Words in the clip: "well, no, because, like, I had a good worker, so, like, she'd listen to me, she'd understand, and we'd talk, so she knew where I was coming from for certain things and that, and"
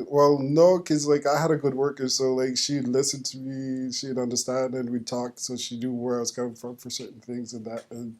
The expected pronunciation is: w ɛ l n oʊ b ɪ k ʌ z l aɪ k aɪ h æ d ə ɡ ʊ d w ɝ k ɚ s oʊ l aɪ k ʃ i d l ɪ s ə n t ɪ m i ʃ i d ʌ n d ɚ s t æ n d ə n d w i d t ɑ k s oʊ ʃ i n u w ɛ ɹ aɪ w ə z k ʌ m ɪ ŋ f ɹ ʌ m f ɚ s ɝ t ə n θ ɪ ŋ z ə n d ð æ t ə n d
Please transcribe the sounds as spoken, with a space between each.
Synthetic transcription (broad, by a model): w ɛ l n oʊ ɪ k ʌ z l aɪ k aɪ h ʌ d ə ɡ ʊ d w ɝ k ɚ s oʊ l aɪ k ʃ i d l ɪ s ə n t ɪ m i ʃ i d ʌ n d ɚ s t æ n d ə n w i d t ɑ k s oʊ ʃ i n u w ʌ ɹ aɪ w ə z k ʌ m ɪ ŋ f ɹ ʌ m f ɚ s ɝ t n θ ɪ ŋ z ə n ð æ t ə n